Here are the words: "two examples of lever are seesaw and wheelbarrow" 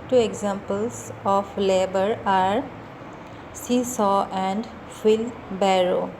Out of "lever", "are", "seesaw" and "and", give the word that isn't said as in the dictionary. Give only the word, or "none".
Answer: lever